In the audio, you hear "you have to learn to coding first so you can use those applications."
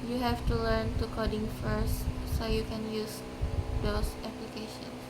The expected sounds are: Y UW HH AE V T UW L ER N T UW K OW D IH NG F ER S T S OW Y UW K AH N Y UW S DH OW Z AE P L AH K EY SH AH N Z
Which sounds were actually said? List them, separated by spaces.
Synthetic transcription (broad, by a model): Y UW HH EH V T UW L ER N T UW K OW D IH NG F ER S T S OW Y UW K AH N Y UW S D OW S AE P L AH K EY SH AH N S